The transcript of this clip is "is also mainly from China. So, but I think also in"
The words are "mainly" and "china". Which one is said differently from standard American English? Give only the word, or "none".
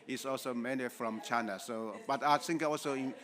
mainly